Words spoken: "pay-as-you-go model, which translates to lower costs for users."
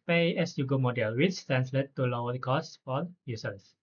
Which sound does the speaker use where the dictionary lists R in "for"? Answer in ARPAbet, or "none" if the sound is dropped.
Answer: L